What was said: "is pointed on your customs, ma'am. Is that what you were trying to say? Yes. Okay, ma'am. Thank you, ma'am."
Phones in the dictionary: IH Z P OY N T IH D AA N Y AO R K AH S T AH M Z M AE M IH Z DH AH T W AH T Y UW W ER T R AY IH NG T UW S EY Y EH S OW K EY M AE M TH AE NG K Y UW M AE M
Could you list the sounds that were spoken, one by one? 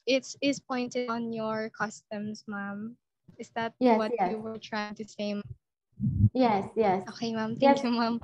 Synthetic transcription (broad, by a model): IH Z P OY N T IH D AA N Y AO R K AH S T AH M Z M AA M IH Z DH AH T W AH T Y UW W ER T R AY IH NG T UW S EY Y EH S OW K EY M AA M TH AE K Y UW M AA M